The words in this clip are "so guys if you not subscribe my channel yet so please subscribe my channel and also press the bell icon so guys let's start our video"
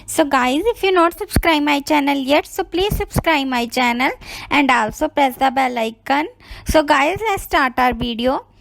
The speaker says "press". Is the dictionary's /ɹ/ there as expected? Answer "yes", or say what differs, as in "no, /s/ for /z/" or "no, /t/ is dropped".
no, /ɹ/ is dropped